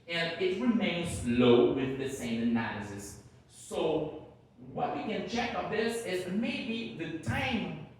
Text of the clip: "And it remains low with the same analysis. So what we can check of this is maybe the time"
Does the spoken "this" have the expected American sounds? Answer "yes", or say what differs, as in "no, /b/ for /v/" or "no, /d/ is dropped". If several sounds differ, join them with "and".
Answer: yes